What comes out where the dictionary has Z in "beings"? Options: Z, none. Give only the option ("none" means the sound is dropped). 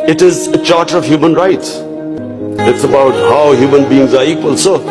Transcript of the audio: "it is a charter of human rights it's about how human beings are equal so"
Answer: Z